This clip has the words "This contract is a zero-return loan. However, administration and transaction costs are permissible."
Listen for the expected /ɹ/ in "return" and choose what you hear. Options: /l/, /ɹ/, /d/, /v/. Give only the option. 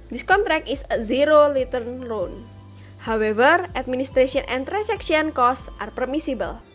/l/